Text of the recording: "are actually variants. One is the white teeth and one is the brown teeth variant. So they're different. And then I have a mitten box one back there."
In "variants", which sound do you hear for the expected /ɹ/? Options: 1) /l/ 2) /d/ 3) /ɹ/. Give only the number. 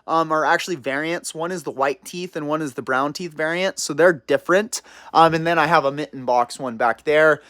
3